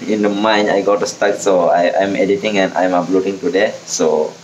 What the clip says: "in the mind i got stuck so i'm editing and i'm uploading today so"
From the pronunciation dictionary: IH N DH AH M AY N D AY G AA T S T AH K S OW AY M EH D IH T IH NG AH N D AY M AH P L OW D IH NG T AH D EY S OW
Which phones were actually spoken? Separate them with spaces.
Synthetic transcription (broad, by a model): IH N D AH M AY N AY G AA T S T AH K S OW AY M EH D IH T IH NG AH N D AY M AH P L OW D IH NG T AH D EY S OW